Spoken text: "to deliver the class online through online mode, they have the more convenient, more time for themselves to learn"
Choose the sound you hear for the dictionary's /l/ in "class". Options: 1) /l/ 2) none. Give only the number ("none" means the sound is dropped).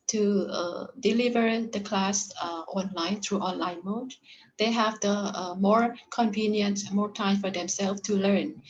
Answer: 1